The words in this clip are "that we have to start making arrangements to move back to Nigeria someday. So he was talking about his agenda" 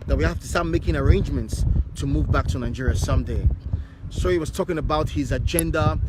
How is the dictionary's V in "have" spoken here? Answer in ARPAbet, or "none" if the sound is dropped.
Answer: F